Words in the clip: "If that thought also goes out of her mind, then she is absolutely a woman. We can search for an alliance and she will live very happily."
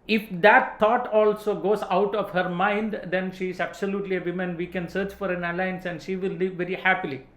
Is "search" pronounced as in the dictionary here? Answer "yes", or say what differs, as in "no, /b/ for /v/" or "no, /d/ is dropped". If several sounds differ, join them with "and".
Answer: yes